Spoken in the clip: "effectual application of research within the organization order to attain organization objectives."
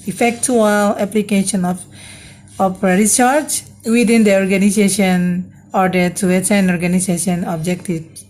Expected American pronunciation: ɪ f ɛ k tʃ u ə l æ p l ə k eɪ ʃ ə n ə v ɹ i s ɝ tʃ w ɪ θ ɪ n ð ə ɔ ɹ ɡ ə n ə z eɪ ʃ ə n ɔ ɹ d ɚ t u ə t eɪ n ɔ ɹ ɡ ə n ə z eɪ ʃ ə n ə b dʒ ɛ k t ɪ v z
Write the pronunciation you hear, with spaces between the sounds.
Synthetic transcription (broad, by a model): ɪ f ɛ k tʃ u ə l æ p l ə k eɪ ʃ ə n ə p ɹ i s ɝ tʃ w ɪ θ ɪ n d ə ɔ ɹ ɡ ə n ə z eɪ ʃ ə n ɔ ɹ d ɚ t u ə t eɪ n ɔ ɹ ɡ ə n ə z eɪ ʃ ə n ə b dʒ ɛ k t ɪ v